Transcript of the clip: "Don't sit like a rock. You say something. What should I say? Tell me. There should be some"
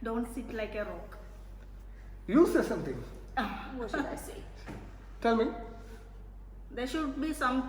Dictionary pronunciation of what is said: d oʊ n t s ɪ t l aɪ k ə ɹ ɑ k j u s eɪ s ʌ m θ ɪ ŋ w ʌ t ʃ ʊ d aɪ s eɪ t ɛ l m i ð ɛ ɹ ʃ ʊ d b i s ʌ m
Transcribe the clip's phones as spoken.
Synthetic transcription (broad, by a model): d oʊ n t s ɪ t l aɪ k ə ɹ ɑ k j u s eɪ s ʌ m t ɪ ŋ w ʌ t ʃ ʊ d aɪ s eɪ t ɛ l m i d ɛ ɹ ʃ ʊ d b i s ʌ m